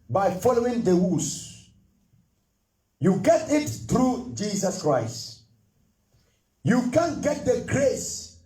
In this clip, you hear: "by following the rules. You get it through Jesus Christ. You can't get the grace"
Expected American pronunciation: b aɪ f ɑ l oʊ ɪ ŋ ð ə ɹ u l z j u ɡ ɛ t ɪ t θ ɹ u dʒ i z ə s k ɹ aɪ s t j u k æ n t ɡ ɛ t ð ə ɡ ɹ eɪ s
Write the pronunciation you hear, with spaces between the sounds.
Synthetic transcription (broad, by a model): b aɪ f ɑ l oʊ ɪ ŋ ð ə w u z j u ɡ ɛ t ɪ t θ ɹ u dʒ i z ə s k ɹ aɪ s t j u k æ n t ɡ ɛ t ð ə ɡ ɹ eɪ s